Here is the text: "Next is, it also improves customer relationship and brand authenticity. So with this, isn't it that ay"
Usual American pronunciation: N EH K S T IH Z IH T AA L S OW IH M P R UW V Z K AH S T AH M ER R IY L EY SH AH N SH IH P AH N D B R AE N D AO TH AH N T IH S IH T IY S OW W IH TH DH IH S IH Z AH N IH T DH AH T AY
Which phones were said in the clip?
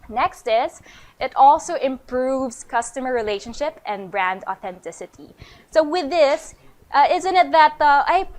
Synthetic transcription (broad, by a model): N EH K S T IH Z IH T AA L S OW IH M P R UW V Z K AH S T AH M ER R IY L EY SH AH N SH IH P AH N B R AE N D AO TH AH N T IH S IH T IY S OW W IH DH IH S IH Z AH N IH T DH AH T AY